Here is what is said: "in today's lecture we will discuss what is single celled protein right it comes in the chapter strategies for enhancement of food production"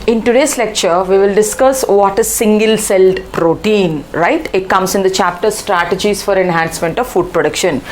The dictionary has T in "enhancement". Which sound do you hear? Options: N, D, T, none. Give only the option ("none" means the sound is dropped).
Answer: T